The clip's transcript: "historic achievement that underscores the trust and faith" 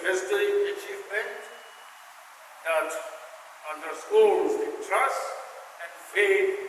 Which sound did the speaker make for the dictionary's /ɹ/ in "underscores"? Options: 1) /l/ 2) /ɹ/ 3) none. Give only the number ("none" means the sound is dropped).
1